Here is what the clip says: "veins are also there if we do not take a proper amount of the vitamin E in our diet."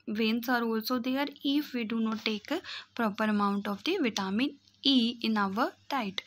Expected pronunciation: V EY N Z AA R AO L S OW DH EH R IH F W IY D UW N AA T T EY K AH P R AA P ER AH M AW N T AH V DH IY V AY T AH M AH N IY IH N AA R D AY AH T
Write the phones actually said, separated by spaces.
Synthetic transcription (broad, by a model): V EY N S AA R AO L S OW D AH R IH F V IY D UW N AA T T EY K P R AA P ER AH M AW N T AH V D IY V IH T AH M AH N IY IH N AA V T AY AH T